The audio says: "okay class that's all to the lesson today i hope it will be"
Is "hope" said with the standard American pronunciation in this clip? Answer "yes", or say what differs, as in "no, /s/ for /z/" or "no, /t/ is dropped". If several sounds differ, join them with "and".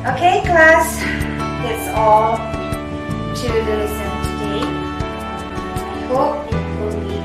no, /p/ is dropped